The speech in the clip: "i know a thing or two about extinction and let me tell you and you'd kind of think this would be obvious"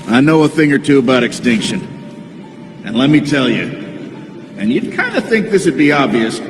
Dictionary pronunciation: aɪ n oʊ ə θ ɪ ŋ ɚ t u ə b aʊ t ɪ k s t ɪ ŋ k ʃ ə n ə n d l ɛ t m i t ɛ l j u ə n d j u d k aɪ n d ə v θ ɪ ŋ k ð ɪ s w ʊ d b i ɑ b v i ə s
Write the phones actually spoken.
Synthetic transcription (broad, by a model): aɪ n oʊ ə θ ɪ ŋ ɚ t u ə b aʊ t ɪ k s t ɪ ŋ k ʃ ə n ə n l ɛ t m i t ɛ l j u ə n j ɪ d k aɪ n d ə θ ɪ ŋ k ð ɪ s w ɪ d b i ɑ b v i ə s